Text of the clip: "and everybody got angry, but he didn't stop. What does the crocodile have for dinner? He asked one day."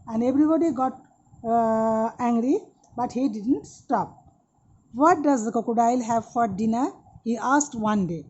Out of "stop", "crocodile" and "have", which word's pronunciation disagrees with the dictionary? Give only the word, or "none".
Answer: crocodile